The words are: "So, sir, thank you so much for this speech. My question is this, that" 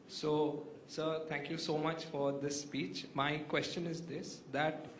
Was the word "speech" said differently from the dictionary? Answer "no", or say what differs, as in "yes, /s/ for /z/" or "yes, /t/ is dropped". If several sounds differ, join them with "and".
no